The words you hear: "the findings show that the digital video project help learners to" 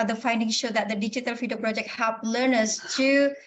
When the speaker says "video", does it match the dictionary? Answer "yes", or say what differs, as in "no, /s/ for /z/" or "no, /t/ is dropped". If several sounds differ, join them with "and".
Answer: no, /f/ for /v/